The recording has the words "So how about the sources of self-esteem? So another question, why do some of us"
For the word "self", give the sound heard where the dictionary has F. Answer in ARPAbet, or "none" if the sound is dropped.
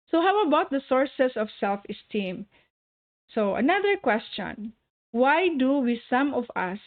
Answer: F